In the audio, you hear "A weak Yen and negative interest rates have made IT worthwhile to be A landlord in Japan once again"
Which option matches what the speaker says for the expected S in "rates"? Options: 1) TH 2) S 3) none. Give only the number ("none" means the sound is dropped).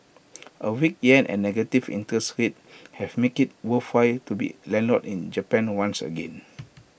3